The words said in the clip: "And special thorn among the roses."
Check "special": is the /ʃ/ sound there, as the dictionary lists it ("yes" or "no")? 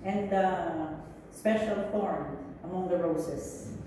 yes